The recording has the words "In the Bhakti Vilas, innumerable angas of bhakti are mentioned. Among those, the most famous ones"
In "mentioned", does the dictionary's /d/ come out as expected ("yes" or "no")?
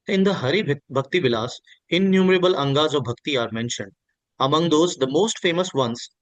yes